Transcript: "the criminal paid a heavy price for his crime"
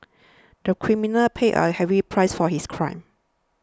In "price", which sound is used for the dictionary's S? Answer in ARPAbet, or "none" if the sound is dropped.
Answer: S